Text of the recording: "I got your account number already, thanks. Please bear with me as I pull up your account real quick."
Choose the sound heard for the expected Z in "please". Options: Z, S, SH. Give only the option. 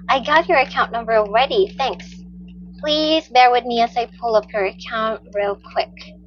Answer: Z